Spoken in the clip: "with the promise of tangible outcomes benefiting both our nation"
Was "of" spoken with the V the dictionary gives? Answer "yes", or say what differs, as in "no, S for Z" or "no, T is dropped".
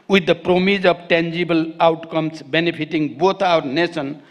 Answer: no, B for V